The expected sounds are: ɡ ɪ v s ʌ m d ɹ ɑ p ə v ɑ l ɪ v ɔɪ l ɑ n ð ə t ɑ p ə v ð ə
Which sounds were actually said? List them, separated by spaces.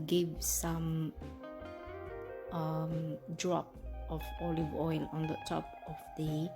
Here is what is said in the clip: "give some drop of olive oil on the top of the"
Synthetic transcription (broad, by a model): ɡ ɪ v s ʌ m d ɹ ɑ p ə v ɑ l ɪ v ɔɪ l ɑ n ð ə t ɑ p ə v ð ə